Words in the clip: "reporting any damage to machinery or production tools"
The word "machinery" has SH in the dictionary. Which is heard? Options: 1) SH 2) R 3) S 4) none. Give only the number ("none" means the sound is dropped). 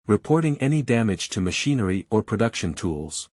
1